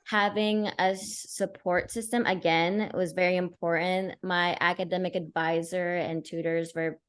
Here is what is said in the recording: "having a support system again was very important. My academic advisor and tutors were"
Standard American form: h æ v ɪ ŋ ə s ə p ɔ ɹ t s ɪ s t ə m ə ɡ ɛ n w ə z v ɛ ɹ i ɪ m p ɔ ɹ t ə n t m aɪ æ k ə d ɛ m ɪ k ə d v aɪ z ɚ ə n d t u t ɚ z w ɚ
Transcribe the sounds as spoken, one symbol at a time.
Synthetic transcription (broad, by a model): h æ v ɪ ŋ ə s ə p ɔ ɹ t s ɪ s t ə m ə ɡ ɛ n w ə z v ɛ ɹ i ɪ m p ɔ ɹ t n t m aɪ æ k ə d ɛ m ɪ k ə d v aɪ z ɚ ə n t u t ɚ z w ɚ